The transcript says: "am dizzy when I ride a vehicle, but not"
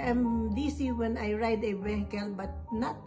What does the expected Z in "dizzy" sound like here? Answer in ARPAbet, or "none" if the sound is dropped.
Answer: S